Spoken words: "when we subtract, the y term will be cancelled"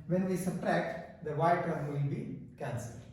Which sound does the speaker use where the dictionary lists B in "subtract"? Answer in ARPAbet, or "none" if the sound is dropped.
none